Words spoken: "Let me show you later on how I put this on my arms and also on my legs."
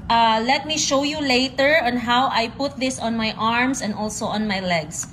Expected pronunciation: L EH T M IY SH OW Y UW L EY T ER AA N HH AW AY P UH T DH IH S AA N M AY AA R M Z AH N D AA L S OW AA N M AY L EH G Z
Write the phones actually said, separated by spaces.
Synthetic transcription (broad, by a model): L EH T M IY SH OW Y UW L EY T ER AA N HH AW AY P UH T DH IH S AA N M AY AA R M S AH N D AA L S OW AA N M AY L EH G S